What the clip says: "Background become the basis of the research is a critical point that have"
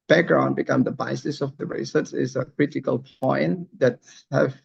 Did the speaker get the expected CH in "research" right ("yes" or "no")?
no